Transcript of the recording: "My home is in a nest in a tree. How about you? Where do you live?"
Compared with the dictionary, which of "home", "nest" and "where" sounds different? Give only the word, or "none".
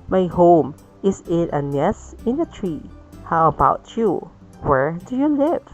nest